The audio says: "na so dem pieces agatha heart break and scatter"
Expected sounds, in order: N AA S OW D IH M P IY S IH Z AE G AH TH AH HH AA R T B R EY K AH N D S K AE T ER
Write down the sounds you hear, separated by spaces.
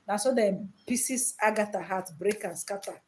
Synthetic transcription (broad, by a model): N AA S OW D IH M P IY S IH S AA G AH T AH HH AA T B R EY K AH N S K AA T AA